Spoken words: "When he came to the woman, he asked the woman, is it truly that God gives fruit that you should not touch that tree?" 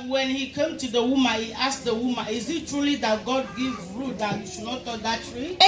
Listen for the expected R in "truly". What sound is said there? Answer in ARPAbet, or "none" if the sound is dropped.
R